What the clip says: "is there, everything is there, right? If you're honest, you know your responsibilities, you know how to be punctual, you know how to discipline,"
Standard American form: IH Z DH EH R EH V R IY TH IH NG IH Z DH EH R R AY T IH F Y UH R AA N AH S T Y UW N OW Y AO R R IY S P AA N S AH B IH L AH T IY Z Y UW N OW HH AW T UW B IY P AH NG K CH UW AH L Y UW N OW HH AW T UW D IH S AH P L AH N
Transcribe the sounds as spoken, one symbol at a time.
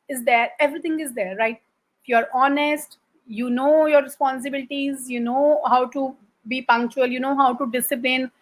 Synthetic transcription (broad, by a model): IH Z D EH R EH V R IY T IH NG IH Z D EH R R AY T IH F Y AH R AA N AH S T Y UW N OW Y AO R R IY S P AA N S AH B IH L AH T IY Z Y UW N OW HH AW T UW B IY P AH NG K CH UW AH L Y UW N OW HH AW T UW D IH S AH P L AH N